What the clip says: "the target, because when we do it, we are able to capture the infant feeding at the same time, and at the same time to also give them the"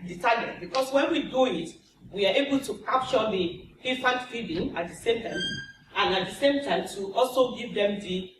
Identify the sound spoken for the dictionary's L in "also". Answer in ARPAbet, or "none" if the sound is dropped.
L